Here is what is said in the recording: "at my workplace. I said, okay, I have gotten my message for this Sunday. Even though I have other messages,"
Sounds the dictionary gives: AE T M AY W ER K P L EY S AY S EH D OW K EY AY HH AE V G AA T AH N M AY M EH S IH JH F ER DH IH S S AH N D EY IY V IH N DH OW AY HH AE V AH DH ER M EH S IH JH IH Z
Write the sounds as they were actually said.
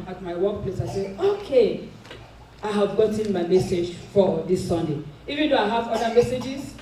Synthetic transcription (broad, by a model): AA T M AY W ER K P L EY S AY S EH OW K EY AY HH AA V G AA T AH N M AY M EH S IH JH F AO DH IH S S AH N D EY IY V IH N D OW AY HH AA V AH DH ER M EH S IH JH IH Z